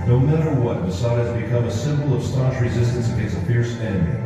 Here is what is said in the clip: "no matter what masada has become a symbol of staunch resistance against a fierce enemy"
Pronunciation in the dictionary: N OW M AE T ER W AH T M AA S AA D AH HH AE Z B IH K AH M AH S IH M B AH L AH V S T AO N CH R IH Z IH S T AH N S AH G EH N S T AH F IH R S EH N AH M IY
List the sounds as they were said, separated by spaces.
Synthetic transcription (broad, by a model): N OW M AE T ER W AH T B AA S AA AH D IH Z B IH K AH M AH S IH M B L AH V S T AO CH R IH Z IH S T AH N S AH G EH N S AH F IH R S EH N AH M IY